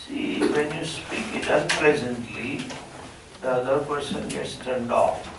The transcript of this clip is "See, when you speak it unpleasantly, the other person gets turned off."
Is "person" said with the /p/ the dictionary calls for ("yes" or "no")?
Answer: yes